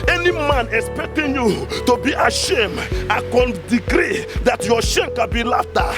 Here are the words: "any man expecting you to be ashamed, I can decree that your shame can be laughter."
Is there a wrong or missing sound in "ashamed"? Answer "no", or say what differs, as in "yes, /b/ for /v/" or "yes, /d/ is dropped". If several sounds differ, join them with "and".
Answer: no